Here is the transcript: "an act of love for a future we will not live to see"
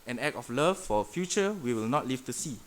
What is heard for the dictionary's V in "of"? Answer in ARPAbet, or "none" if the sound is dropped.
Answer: F